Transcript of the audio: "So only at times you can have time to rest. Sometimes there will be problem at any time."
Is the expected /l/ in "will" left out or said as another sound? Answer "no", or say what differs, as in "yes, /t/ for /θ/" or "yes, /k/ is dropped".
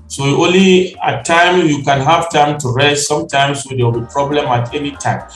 yes, /w/ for /l/